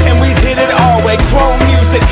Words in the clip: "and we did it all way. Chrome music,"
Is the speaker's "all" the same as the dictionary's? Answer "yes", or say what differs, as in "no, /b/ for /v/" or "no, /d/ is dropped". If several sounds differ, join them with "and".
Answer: yes